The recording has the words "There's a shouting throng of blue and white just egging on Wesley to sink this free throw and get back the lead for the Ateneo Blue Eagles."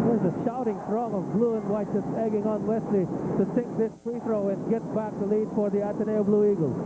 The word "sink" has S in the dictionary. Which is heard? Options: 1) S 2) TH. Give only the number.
2